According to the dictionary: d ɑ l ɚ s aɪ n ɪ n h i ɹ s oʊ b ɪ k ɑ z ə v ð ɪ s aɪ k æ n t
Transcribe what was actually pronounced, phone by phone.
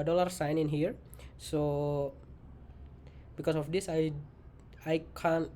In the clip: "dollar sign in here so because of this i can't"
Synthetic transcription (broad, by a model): d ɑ l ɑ s aɪ n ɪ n h i ɹ s oʊ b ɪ k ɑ s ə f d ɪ s aɪ k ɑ n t